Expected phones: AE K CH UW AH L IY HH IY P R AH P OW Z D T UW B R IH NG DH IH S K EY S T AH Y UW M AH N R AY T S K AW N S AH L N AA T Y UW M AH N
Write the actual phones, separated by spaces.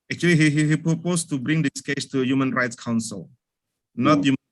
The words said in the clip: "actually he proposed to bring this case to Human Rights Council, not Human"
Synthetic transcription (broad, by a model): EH K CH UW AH L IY HH IY P R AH P OW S T UW B R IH NG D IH S K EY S T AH Y UW M AH N R AY T S K AW N S AH L N AA T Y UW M